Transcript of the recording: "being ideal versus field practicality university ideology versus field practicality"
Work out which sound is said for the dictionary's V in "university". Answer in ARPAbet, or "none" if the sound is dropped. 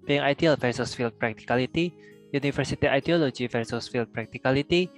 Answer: F